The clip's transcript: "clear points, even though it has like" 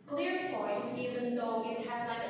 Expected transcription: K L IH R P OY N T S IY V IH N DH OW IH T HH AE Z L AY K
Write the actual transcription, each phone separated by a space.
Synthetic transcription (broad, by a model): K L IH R F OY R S IY V IH N DH OW IH T HH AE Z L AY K